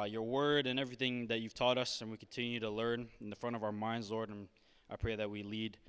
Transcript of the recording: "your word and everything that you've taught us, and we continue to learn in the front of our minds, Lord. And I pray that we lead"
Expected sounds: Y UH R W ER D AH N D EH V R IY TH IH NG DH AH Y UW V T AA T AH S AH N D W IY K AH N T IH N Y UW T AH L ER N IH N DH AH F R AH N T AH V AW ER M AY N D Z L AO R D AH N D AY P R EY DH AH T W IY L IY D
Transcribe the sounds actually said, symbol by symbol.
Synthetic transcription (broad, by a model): Y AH R W ER D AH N EH V R IY TH IH NG DH AH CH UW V T AA T AH S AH N W IY K N T IH N Y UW T AH L ER N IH N DH AH F R AH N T AH V AW ER M AY N D Z L AO R D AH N AY P R EY DH AH T W IY L IY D